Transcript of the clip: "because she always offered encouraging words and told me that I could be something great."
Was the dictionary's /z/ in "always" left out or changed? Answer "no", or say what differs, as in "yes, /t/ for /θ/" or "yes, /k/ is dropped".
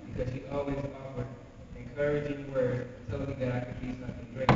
no